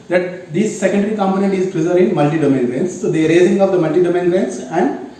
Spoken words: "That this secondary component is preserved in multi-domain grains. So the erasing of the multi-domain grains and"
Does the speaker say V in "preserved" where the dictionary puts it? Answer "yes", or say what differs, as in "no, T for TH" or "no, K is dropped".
no, V is dropped